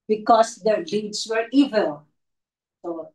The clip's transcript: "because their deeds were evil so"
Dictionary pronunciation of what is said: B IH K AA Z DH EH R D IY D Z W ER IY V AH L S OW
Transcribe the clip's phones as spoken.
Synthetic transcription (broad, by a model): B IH K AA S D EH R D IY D S W ER IY V AH L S OW